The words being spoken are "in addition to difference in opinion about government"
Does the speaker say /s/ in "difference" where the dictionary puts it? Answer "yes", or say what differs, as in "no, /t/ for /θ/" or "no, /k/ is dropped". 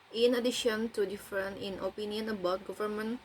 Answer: no, /s/ is dropped